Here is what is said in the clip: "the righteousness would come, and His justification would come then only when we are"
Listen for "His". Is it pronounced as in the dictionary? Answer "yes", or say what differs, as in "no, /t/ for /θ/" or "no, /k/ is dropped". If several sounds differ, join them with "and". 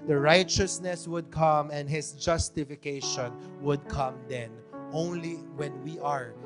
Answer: no, /s/ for /z/